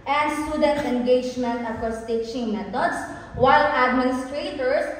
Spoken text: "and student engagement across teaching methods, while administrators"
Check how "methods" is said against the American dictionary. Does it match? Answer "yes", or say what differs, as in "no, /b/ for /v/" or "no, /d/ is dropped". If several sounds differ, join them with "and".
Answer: no, /t/ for /θ/ and /s/ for /z/